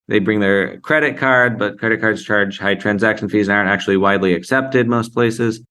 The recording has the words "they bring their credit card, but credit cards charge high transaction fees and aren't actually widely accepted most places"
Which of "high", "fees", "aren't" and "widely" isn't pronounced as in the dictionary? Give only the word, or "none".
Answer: none